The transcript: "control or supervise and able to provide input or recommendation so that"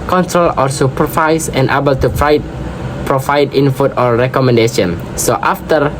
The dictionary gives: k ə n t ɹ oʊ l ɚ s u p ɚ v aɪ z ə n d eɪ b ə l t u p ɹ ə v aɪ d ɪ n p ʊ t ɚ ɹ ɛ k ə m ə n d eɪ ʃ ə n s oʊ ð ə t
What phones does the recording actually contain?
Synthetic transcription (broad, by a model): k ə n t ɹ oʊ l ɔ s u p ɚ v aɪ s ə n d eɪ b ə l t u p ɹ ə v aɪ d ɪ n f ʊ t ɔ ɹ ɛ k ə m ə n d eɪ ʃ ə n s oʊ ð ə t